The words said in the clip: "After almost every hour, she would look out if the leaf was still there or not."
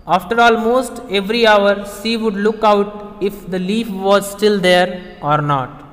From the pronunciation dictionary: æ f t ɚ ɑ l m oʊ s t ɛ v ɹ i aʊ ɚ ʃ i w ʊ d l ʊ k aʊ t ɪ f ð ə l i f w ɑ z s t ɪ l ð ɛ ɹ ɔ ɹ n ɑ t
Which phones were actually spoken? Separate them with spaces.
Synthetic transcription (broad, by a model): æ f t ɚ ɑ l m oʊ s t ɛ v ɹ i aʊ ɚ s i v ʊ d l ʊ k aʊ t ɪ f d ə l i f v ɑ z s t ɪ l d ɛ ɹ ɔ ɹ n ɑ t